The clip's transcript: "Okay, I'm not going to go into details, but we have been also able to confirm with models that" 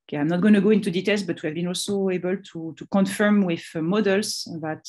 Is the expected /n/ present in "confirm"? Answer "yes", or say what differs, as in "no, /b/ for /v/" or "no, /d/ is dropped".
yes